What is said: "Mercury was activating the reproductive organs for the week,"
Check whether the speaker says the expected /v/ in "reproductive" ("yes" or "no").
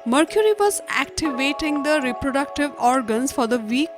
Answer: yes